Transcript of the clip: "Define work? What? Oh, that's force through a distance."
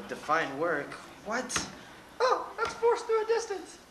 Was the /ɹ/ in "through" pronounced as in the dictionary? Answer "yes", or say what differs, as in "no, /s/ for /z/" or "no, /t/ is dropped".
no, /ɹ/ is dropped